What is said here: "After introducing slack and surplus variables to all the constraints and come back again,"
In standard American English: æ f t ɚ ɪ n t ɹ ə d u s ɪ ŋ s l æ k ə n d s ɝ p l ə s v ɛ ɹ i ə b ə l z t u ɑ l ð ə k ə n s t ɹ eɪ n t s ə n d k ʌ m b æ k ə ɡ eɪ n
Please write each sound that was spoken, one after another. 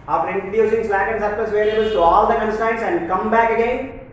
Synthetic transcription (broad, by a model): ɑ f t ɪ n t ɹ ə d u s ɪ ŋ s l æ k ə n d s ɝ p ə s v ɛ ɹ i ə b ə l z t u ɑ l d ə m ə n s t eɪ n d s ə n d k ʌ m b æ k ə ɡ eɪ n